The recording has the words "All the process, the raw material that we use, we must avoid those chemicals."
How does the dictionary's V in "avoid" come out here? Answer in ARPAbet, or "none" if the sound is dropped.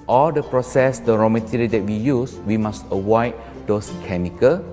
W